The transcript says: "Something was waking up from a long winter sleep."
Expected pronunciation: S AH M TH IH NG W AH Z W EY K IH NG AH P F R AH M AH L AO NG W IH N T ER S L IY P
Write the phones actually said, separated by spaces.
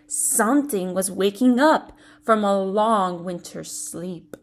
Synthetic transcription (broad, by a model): S AH M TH IH NG W AH Z W EY K IH NG AH P F R AH M AH L AO NG W IH N T ER S L IY P